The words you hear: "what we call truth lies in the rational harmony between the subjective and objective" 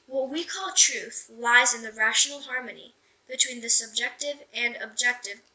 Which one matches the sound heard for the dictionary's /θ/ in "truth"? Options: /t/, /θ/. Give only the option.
/θ/